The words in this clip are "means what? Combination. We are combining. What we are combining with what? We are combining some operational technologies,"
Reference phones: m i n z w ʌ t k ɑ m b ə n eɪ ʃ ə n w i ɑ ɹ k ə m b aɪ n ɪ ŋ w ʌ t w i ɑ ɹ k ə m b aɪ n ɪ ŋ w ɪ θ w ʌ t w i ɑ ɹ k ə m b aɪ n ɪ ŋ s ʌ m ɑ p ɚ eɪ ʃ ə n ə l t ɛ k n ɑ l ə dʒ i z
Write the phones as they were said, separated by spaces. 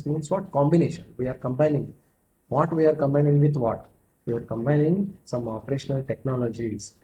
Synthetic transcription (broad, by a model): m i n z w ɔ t k ɑ m b ə n eɪ ʃ ə n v i ɑ ɹ k ə m b aɪ n ɪ ŋ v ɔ t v i ɑ ɹ k ə m b aɪ n ɪ ŋ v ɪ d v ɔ t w i ɑ ɹ k ə m b aɪ n ɪ ŋ s ʌ m ɑ p ɚ eɪ ʃ ə n ə l t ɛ k n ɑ l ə dʒ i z